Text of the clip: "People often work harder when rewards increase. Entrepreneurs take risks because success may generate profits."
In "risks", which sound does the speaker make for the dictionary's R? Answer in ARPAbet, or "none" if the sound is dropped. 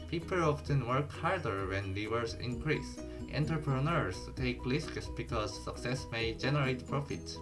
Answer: L